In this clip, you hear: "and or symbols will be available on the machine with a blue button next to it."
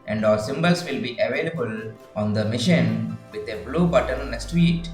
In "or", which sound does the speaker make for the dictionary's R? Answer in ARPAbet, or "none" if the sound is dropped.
L